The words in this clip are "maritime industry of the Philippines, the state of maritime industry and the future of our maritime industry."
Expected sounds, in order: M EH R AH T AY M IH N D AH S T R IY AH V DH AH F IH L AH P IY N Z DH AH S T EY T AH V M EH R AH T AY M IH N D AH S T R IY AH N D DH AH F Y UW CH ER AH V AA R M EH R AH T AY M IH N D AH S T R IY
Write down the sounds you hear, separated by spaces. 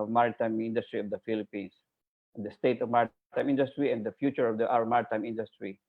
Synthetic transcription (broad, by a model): M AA R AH T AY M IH N D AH S T R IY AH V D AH F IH L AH P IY N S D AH S T EY T AH V M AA R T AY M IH N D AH S T R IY AH N D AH F Y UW CH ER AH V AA W M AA R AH T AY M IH N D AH S T R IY